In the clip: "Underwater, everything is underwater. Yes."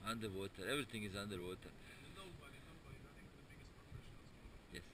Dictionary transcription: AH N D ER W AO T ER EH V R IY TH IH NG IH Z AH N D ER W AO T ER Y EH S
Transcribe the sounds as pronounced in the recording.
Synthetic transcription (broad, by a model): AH N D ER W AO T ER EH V R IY T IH NG IH Z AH N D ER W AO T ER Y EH S